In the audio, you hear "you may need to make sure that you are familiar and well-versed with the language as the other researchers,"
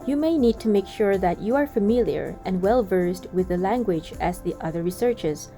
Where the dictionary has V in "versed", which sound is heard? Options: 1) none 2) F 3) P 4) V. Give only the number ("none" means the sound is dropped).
4